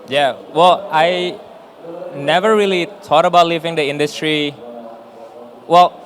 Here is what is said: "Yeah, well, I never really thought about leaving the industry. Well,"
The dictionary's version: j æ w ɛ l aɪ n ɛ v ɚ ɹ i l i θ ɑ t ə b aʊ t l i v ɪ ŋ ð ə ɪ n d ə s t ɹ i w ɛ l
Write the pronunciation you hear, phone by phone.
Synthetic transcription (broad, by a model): j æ w ɛ l aɪ n ɛ v ɚ ɹ i l i t ɑ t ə b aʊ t l i v ɪ ŋ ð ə ɪ n d ə s t ɹ i w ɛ l